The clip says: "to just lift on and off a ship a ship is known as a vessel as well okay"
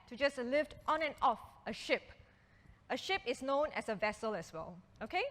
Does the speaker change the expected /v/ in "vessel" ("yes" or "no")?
no